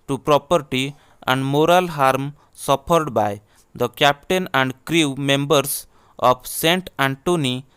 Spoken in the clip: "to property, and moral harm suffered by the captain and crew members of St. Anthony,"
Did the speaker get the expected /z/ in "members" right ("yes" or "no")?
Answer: no